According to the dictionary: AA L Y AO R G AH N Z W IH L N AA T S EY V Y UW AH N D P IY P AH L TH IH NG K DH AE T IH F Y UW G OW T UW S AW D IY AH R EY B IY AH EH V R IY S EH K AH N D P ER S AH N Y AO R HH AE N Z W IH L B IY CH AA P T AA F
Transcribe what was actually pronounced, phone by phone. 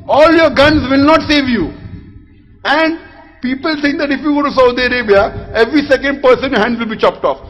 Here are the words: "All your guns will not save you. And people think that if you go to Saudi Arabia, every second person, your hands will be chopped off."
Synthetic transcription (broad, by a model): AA L Y AO R G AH N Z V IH L N AA T S EY V Y UW AH N D P IY P AH L T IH NG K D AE T IH F Y UW G OW T UW S AW D IY AH R EY B IY AH EH V R IY S EH K AH N D P ER S AH N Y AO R HH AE N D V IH L B IY CH AA P T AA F